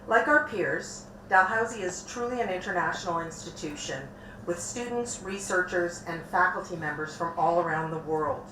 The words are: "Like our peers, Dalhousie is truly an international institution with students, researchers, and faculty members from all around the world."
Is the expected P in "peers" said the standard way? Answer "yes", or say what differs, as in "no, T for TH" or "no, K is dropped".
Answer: yes